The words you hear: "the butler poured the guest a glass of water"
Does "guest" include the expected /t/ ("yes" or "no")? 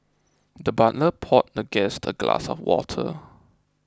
yes